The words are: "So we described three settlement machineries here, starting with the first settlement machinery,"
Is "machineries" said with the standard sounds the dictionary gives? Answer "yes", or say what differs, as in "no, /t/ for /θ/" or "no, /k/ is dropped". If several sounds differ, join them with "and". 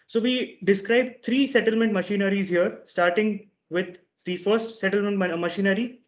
yes